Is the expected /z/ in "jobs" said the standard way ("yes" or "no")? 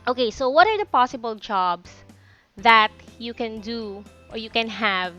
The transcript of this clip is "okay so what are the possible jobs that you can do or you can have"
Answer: no